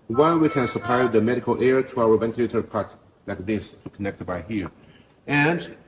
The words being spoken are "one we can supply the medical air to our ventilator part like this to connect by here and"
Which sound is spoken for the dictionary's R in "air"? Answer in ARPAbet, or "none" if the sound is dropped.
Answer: R